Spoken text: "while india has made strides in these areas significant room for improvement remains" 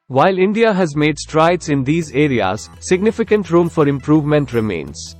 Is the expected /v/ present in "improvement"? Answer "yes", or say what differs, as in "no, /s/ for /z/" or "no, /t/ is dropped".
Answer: yes